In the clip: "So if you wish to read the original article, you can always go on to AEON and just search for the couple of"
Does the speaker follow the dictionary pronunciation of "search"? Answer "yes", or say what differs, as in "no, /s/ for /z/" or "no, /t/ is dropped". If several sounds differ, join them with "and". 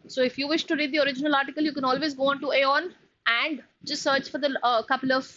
yes